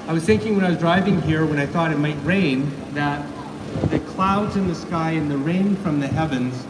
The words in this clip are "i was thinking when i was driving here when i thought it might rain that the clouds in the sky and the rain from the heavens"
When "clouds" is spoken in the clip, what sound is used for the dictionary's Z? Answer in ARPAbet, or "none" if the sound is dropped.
Z